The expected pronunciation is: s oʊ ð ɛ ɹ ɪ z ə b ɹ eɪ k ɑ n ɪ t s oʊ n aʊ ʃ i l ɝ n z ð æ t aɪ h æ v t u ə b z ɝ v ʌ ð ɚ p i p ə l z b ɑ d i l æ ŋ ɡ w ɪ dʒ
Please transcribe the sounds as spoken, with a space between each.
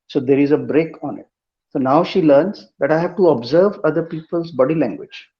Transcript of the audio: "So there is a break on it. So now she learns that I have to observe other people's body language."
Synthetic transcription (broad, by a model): s oʊ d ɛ ɹ ɪ z ə b ɹ eɪ k ɑ n ɪ t s oʊ n aʊ ʃ i l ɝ n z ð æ t aɪ h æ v t u ə b z ɝ v ʌ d ɚ p i p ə l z b ɑ d i l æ ŋ ɡ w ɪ dʒ